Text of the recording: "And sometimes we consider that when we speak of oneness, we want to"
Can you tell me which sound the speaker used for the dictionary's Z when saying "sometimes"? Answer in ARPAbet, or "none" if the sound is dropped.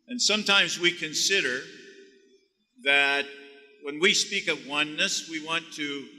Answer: Z